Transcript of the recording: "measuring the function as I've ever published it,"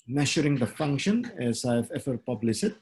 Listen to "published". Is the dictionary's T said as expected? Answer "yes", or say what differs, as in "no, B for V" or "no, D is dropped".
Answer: no, T is dropped